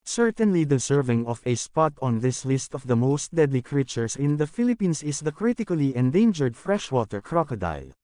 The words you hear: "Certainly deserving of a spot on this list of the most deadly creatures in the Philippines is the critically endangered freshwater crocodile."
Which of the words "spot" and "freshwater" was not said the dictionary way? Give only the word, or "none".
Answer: none